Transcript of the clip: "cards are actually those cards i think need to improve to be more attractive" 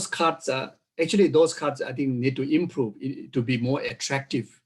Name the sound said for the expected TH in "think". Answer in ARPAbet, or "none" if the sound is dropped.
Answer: T